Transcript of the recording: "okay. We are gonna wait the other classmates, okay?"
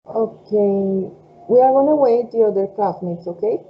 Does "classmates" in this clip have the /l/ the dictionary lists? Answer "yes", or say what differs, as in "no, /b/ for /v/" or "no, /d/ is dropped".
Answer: no, /l/ is dropped